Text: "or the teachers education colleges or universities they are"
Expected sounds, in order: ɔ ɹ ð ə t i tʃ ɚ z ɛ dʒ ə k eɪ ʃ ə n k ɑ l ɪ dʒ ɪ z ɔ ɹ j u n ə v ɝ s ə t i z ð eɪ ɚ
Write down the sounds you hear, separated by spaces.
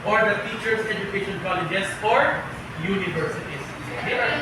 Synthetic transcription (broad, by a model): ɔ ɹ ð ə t i tʃ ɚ s ɛ dʒ ə k eɪ ʃ ə n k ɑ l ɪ dʒ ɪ s ɔ ɹ j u n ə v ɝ s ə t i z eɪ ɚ